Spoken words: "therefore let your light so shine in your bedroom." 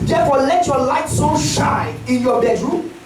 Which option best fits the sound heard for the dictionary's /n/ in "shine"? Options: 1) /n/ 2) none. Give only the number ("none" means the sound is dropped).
2